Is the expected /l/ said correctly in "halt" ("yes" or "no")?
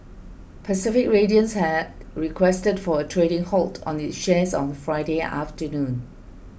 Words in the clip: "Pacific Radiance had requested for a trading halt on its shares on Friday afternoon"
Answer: yes